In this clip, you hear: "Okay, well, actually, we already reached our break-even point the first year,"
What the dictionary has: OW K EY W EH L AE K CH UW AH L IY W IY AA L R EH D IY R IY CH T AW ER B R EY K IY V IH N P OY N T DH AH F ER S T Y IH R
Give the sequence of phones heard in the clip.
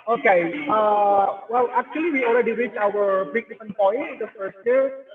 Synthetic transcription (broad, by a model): OW K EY W EH L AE K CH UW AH L IY W IY AA L R EH D IY R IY CH AW ER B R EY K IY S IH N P OY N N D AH F ER S T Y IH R